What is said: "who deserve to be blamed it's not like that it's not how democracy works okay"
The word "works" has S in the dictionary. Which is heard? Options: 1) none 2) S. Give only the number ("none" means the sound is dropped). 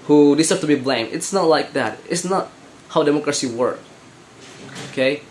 1